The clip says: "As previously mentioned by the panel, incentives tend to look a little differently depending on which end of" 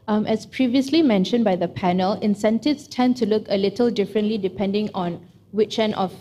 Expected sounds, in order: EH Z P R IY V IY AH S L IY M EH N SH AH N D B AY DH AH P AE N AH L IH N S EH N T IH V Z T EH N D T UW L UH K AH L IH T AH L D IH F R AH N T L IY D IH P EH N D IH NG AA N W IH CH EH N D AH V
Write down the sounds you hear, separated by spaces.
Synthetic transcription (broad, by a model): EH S P R IY V IY AH S L IY M EH N SH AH N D B AY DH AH P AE N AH L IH N S EH N T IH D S T EH N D T UW L UH K AH L IH T AH L D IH F R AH N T L IY D IH P EH N D IH NG AA N W IH CH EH N AH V